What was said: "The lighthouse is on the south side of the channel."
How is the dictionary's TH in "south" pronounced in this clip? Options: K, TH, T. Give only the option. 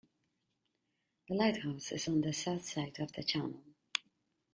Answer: TH